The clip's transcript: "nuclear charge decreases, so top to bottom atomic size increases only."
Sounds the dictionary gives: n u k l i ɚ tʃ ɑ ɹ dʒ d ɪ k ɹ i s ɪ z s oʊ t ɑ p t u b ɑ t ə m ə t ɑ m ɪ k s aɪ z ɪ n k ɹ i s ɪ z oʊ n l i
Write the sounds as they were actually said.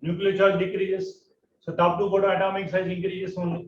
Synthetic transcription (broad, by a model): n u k l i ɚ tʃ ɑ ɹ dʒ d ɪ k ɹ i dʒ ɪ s s oʊ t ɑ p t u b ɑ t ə ə t ɑ m ɪ k s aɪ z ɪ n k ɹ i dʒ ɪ s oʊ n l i